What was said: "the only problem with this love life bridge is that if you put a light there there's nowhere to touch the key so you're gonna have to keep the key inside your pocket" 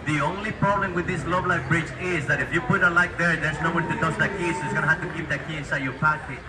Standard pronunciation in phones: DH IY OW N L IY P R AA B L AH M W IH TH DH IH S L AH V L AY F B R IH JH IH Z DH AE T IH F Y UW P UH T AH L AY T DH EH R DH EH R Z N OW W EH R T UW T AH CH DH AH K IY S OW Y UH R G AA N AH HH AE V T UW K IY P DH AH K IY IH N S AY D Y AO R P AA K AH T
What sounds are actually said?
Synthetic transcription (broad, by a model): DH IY OW N L IY P R AA B L AH M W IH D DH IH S L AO B L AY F B R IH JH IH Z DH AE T IH F Y UW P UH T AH L AY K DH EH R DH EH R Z N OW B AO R T UW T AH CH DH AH K IY S OW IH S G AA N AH HH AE T UW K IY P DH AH K IY IH N S AY D Y AO R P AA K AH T